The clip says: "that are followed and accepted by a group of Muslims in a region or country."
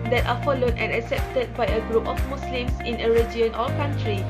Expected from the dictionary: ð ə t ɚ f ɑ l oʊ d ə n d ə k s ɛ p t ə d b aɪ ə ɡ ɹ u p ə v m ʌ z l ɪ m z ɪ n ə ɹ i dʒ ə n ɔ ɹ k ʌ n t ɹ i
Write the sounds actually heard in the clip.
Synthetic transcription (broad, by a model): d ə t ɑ f ɑ l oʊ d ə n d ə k s ɛ p t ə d b aɪ ə ɡ ɹ u p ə f m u s l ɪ m s ɪ n ə ɹ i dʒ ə n ɔ l k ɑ n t ɹ i